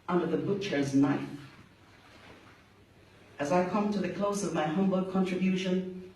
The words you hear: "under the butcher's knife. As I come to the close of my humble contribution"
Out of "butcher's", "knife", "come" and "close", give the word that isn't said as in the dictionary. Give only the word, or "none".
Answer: none